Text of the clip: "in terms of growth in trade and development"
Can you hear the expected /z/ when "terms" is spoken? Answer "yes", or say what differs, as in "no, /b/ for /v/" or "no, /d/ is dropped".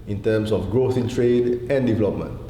no, /s/ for /z/